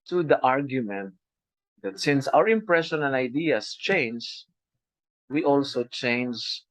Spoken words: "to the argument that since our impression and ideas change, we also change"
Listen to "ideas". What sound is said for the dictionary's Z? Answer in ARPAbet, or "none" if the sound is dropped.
S